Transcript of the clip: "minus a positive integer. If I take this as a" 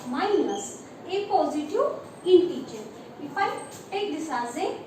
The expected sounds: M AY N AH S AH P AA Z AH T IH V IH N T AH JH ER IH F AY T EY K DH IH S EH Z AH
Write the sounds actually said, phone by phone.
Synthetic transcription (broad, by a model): M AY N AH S AH P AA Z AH T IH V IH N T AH CH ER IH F AY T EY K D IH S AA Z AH